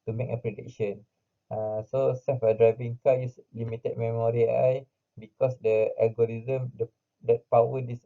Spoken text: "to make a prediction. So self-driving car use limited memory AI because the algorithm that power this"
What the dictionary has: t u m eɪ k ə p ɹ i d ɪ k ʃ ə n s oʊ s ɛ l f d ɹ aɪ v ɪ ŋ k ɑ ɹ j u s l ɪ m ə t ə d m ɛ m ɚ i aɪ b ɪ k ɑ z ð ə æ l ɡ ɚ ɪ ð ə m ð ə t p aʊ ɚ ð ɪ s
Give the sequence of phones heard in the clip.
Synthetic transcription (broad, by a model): t u m eɪ k ə p ɹ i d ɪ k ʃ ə n s oʊ s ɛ f d ɹ aɪ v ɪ ŋ k ɑ j u s l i m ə t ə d m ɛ m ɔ i aɪ b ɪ k ɑ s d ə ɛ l ɡ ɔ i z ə m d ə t p aʊ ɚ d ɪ s